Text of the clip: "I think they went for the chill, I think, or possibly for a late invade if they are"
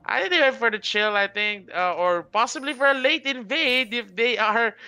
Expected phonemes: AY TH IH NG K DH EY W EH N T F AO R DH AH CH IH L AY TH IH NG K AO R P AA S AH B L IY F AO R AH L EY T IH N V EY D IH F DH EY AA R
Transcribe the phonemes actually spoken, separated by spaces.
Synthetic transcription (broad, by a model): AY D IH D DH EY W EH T F AO R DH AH CH IH L AY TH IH NG K AO R P AA S AH B L IY F AO R AH L EY T IH N V EY D IH F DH EY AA R